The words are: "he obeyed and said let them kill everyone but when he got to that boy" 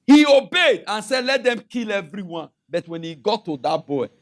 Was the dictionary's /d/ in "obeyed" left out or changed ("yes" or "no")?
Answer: no